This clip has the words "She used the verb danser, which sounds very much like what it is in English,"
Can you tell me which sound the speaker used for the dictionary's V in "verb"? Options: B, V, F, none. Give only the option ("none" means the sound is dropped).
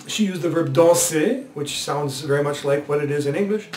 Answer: V